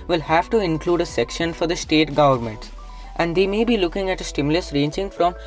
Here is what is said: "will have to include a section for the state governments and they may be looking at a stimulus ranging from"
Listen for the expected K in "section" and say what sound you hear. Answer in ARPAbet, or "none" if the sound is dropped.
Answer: K